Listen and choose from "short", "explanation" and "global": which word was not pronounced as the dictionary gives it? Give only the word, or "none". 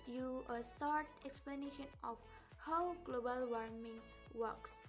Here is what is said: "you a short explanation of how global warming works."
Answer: short